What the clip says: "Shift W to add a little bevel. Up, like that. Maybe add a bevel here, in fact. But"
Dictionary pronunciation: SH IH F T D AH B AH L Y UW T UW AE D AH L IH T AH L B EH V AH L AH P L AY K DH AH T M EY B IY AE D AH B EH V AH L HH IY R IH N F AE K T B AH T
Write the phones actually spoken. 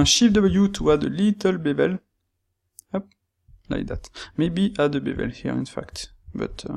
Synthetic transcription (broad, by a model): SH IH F D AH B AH Y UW T UW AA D AH L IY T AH L B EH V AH L AH P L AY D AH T M EY B IY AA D AH B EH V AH L HH IY R IH N F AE K T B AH T